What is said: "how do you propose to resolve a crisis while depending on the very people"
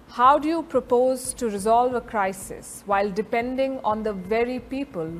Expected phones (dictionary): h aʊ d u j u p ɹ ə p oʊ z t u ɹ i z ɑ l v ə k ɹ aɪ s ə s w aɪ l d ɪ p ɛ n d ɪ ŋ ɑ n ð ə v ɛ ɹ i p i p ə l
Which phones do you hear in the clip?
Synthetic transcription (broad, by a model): h aʊ d u j u p ɹ ə p oʊ z t u ɹ i z ɑ l v ə k ɹ aɪ s ə s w aɪ l d ɪ p ɛ n d ɪ ŋ ɑ n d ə v ɛ ɹ i p i p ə l